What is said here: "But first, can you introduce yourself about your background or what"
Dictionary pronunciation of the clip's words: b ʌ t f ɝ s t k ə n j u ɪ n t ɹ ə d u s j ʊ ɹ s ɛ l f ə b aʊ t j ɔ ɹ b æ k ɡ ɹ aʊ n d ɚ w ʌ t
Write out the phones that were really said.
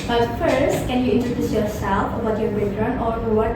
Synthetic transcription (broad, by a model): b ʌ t f ɝ s t k ə n j u ɪ n t ɹ ə d u s j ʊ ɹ s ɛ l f ə b aʊ t j ɔ ɹ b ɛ ɡ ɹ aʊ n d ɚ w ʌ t